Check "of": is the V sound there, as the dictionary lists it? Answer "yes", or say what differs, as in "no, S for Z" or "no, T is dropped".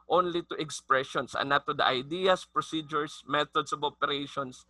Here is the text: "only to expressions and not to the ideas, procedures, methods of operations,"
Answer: no, B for V